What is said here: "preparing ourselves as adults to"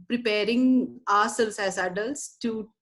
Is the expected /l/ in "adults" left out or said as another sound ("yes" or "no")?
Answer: no